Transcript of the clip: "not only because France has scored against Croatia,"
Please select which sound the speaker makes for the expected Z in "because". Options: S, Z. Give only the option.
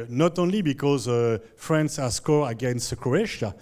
Z